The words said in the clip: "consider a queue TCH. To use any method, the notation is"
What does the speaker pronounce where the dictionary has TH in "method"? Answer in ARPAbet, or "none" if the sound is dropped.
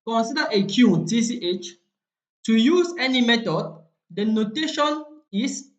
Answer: T